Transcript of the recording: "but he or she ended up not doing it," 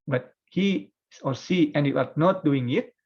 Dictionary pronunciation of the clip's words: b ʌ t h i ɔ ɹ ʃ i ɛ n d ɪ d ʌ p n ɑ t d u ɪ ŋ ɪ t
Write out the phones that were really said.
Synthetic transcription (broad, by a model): b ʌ t h i ɔ ɹ s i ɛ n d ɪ ʌ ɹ n ɑ t d u ɪ ŋ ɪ t